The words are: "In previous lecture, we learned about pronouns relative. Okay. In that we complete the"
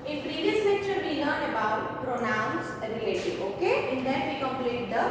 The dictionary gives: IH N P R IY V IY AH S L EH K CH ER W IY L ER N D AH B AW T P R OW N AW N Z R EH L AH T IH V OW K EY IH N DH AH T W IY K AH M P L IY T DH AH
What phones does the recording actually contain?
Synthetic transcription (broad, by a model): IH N P R IY V IY AH S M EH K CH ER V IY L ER N AH B AW T P R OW N AW N S R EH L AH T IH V OW K EY IH N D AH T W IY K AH M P L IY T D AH